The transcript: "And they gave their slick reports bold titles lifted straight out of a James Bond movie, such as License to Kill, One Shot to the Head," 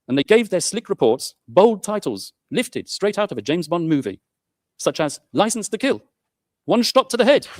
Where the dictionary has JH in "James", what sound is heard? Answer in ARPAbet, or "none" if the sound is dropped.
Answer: JH